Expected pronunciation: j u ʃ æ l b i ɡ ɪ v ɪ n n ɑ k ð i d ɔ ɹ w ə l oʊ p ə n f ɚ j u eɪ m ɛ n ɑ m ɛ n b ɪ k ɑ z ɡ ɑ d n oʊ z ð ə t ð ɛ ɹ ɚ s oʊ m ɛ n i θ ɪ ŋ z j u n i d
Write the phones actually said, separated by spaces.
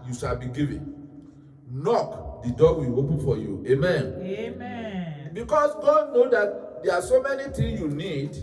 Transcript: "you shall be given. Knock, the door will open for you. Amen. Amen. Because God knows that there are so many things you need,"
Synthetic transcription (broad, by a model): j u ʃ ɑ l b i ɡ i v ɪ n n ɑ k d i d ɔ w ə l oʊ p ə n f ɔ j u eɪ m m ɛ n b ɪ k ɑ s ɡ ɑ d n oʊ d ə t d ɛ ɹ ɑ s oʊ m ɛ n i t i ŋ j u n i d